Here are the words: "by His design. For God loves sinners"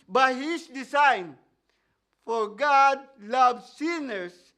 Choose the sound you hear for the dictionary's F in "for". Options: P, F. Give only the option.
F